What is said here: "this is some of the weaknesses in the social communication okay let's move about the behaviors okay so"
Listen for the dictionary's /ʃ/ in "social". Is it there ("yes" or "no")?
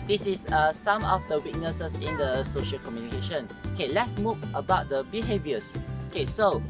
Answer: yes